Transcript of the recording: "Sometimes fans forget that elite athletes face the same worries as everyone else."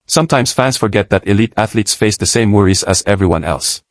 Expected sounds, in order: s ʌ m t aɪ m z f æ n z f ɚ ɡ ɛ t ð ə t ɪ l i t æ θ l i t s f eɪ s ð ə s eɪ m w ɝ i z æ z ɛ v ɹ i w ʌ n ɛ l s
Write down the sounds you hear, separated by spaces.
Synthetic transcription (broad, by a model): s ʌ m t aɪ m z f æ n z f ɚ ɡ ɛ t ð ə t ɪ l i t æ θ l i t s f eɪ s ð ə s eɪ m w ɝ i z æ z ɛ v ɹ i w ʌ n ɛ l s